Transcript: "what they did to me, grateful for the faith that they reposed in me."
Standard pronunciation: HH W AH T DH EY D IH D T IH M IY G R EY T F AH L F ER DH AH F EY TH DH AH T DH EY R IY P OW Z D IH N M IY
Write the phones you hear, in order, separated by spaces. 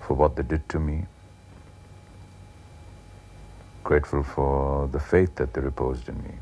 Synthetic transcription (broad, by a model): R W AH T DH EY D IH D T IH M IY G R EY T F AH L F ER DH AH F EY TH DH AH T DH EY R IY P OW Z D IH N M IY